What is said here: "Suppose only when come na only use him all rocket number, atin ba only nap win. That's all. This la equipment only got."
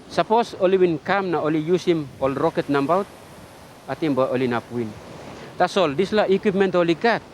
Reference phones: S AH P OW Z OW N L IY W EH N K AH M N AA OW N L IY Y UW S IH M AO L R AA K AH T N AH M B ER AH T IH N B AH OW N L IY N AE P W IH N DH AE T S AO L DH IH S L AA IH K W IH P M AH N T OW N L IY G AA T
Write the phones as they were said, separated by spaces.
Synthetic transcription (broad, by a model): S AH P OW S OW L IY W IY N K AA M N AA OW L IY Y UW S IH M AO L R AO K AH T N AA M B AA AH T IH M B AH OW L IY N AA P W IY N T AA S AO L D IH S L AA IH K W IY P M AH N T OW L IY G AA T